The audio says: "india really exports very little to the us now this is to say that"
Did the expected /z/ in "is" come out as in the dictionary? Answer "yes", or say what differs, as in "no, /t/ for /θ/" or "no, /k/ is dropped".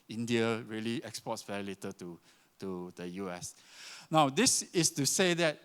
no, /s/ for /z/